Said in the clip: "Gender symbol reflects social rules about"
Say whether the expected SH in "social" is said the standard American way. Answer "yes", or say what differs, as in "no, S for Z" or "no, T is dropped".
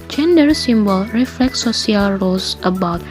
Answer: no, SH is dropped